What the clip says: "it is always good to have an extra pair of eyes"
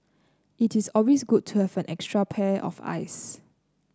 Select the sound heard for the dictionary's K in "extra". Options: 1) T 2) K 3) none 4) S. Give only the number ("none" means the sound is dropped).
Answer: 2